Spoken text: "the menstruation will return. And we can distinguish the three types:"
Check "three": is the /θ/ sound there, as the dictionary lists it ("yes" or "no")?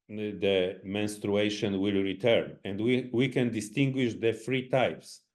no